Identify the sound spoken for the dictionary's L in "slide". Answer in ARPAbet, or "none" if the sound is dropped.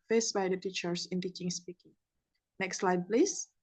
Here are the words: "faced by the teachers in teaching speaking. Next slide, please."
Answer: L